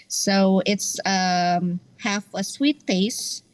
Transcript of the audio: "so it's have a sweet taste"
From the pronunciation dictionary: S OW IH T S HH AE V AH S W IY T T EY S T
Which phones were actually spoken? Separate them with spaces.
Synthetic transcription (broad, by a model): S OW IH T S HH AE F AH S W IY T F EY S